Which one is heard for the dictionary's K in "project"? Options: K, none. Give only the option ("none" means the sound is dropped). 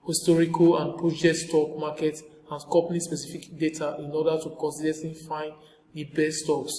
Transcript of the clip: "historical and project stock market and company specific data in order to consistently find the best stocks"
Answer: none